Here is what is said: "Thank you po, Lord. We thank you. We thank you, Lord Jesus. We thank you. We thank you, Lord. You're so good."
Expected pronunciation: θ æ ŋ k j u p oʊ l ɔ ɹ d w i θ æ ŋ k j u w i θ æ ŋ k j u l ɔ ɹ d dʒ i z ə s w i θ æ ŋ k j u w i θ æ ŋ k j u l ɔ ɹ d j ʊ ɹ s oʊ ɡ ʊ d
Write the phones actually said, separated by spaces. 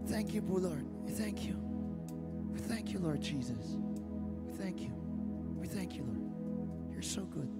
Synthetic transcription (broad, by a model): θ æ ŋ k j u b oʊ l ɔ ɹ d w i θ æ ŋ k j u w i θ æ ŋ k j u l ɔ ɹ d dʒ i z ə s w i θ æ ŋ k j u w i θ æ ŋ k j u l ɔ ɹ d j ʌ ɹ s oʊ ɡ ʊ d